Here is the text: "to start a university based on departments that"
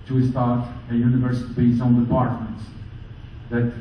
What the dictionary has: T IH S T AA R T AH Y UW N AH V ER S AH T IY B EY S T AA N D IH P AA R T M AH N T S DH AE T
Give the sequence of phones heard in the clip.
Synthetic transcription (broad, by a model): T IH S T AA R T AH Y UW N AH V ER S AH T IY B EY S AA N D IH P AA R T M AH N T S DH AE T